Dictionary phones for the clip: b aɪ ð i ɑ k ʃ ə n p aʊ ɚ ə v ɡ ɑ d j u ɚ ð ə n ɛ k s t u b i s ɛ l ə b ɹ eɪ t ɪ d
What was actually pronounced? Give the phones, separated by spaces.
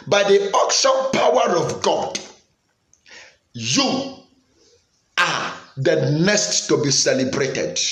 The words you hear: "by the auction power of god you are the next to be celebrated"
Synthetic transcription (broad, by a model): b aɪ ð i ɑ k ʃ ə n p aʊ ɚ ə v ɡ ɑ d j u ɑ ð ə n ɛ s t u b i s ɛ l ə b ɹ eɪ t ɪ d